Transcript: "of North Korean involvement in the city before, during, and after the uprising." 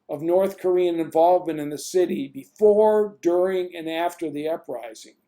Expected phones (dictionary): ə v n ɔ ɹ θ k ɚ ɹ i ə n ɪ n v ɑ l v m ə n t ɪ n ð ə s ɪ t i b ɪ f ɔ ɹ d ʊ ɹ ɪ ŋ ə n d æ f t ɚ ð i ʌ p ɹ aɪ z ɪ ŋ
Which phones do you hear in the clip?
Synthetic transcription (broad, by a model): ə v n ɔ ɹ θ k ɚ ɹ i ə n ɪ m v ɑ l v m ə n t ɪ n ð ə s ɪ t i b ɪ f ɔ ɹ d ʊ ɹ ɪ ŋ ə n æ f t ɚ ð i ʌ p ɹ aɪ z ɪ ŋ